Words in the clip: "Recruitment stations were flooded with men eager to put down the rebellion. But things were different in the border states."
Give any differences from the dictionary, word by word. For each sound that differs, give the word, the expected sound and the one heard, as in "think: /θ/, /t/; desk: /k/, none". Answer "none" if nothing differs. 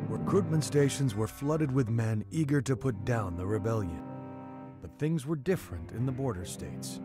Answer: none